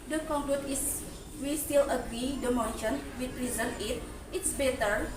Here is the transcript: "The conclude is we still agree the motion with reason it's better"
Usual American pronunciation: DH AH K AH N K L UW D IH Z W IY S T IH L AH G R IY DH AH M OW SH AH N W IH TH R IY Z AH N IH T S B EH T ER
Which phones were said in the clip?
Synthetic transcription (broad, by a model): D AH K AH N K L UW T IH S W IY S T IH L AH G R IY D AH M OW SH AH N W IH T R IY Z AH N IH T S B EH T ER